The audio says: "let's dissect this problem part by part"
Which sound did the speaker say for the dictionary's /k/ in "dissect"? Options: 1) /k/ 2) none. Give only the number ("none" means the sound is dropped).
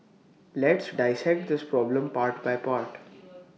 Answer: 1